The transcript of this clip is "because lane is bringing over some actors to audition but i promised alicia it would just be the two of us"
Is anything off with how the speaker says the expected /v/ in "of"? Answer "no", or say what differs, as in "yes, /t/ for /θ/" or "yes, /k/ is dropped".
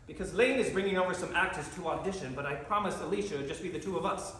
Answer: no